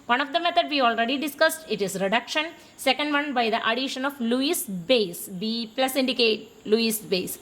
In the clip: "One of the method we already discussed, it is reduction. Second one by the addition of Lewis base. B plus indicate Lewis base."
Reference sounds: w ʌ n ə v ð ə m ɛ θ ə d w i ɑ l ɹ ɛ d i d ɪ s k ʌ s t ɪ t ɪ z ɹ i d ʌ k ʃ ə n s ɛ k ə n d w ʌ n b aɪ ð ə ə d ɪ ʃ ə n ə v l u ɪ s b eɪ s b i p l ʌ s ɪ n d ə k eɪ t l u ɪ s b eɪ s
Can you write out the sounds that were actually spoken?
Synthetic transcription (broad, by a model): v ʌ n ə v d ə m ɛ t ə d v i ɑ l ɹ ɛ d i d ɪ s k ʌ s t ɪ t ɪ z ɹ i d ʌ k ʃ ə n s ɛ k ə n d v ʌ n b aɪ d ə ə d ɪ ʃ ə n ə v l u ɪ s b eɪ s b i p l ʌ s ɪ n d ə k eɪ t l u ɪ s b eɪ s